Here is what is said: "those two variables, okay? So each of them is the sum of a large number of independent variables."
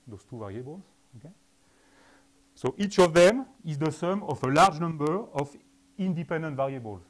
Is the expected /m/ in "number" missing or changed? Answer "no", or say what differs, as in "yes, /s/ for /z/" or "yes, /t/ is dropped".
no